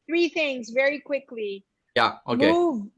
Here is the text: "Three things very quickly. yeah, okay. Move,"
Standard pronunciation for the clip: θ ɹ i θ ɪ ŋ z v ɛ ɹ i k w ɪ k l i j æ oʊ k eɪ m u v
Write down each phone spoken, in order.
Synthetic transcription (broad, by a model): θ ɹ i θ ɪ ŋ z v ɛ ɹ i k w ɪ k l i j æ oʊ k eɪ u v